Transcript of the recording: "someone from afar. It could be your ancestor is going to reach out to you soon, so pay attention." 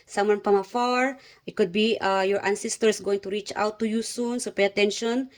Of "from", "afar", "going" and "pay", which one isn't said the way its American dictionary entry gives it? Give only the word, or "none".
from